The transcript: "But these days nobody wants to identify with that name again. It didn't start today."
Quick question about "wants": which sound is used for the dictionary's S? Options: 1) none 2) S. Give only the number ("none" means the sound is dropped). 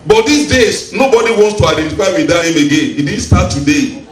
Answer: 2